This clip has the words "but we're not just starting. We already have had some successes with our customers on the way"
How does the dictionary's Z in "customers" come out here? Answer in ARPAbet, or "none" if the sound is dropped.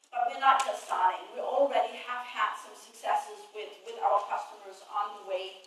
Z